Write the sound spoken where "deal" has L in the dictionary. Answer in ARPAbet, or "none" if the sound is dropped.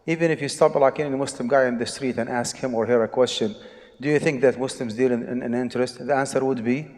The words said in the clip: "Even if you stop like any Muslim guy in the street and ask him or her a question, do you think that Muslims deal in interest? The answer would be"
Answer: N